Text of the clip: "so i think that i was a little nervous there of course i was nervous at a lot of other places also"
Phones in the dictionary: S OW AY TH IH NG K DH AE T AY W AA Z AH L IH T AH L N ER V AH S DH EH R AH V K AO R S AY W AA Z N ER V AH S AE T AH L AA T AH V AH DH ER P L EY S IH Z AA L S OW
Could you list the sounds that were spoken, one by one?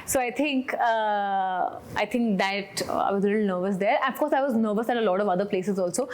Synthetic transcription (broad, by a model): S OW AY T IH NG K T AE T AY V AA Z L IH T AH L N ER V AH S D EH R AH F K AO R S AY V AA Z N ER V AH S AE T AH L AA T AH V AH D ER P L EY S IH Z AA L S OW